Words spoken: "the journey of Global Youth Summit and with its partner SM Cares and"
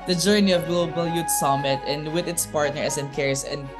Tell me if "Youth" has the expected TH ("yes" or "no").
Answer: no